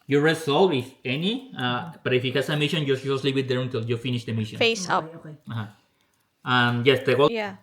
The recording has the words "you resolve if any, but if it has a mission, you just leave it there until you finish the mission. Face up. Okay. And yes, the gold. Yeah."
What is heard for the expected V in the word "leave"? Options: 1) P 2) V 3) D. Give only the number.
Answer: 1